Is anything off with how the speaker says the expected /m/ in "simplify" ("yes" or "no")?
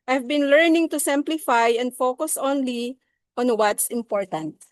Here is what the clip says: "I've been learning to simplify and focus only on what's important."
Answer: no